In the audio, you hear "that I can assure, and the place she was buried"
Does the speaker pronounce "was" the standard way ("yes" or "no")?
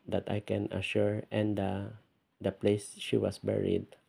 no